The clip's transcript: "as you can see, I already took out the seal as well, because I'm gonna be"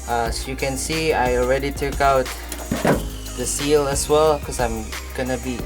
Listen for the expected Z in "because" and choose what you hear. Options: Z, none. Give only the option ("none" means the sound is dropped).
none